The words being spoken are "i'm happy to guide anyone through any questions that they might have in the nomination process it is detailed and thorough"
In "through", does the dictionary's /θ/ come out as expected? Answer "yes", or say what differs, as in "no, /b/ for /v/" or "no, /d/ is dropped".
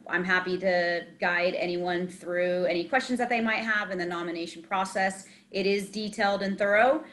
yes